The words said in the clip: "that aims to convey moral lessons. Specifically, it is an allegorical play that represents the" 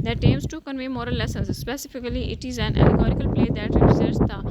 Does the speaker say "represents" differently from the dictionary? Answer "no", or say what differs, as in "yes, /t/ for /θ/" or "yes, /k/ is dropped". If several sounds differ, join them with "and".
yes, /p/ is dropped and /n/ is dropped